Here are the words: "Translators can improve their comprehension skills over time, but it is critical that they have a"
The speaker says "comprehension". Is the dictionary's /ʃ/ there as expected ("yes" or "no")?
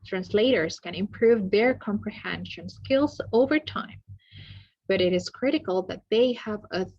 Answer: yes